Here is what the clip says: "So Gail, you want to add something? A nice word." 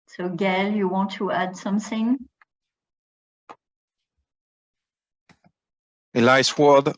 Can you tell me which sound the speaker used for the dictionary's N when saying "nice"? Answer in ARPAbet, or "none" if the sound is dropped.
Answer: L